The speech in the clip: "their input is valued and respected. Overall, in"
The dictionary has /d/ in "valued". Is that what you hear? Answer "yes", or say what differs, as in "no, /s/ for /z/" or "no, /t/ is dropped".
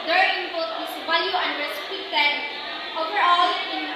no, /d/ is dropped